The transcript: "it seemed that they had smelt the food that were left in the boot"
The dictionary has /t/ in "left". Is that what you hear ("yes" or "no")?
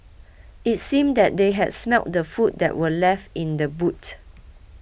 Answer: yes